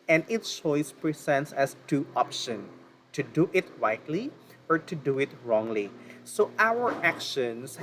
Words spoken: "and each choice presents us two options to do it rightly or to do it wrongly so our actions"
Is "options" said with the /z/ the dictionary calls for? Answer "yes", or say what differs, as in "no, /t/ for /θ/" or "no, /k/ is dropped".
no, /z/ is dropped